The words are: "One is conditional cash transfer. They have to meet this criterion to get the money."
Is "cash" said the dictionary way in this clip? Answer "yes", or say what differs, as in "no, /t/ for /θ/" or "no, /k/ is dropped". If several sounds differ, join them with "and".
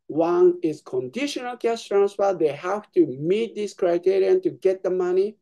no, /s/ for /ʃ/